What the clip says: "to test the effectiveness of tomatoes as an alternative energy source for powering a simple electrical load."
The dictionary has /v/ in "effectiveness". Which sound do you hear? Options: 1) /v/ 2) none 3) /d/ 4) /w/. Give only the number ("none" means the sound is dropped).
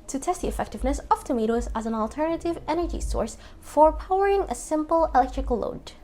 1